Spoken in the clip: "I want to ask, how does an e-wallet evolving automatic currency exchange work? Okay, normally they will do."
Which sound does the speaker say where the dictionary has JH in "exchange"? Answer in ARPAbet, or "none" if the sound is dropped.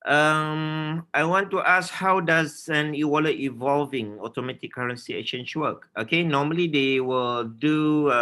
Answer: CH